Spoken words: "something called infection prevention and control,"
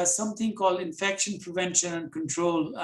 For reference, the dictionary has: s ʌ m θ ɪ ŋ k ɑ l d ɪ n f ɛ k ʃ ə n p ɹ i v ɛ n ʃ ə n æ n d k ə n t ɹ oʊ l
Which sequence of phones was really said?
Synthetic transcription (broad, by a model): s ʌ m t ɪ ŋ k ɑ l d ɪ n f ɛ k ʃ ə n p ɹ i v ɛ n ʃ ə n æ n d k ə n t ɹ oʊ l